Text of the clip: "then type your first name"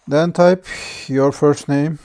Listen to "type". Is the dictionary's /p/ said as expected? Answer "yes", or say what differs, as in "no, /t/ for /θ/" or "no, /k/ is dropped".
yes